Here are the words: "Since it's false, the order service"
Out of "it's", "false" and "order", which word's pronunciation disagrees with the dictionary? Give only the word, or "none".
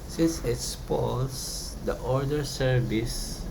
false